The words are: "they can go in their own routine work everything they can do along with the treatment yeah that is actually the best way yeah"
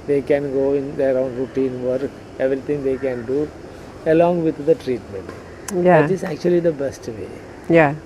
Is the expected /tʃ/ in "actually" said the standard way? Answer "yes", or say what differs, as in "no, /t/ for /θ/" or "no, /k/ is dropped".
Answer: yes